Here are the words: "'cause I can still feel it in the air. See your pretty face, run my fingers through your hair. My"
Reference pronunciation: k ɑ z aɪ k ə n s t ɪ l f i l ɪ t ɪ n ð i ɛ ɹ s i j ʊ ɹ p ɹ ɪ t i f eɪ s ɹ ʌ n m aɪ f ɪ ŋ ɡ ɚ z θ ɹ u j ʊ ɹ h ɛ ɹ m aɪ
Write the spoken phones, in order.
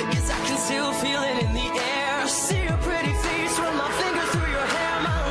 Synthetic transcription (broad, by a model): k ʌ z aɪ k ə n s t ɪ l f i l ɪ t ɪ n ð i ɛ ɹ s i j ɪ p ɹ ɪ t i f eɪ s w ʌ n m aɪ f ɪ ŋ ɡ ɚ z θ ɹ u j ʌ ɹ h ɛ ɹ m aɪ